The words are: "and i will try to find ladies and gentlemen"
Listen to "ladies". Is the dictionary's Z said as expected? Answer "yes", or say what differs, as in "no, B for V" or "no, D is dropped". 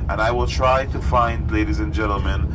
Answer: yes